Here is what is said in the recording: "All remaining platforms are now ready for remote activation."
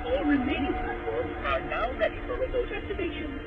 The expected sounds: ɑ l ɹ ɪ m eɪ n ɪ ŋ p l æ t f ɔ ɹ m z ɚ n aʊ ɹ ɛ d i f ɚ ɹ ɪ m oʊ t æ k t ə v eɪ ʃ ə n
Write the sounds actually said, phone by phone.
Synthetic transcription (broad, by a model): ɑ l ɹ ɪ m eɪ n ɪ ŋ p ʌ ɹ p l ɚ n aʊ ɹ ɛ d i f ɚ ɹ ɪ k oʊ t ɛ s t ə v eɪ ʃ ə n